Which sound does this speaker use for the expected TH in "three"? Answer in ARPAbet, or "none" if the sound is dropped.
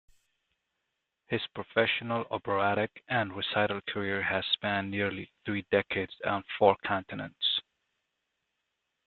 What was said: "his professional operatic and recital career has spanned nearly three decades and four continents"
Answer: TH